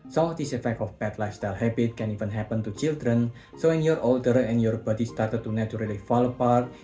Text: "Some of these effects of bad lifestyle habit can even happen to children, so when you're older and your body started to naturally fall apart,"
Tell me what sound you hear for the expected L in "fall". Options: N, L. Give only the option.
L